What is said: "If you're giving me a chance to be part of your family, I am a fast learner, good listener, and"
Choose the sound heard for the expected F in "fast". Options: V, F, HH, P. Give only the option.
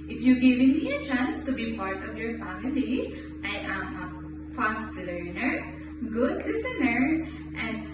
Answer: P